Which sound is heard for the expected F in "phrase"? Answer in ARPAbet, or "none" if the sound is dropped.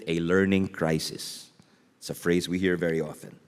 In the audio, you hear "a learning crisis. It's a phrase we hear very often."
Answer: F